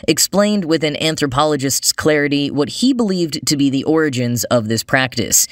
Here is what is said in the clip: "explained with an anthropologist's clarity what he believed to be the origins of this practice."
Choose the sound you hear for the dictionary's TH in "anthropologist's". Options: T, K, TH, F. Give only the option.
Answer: TH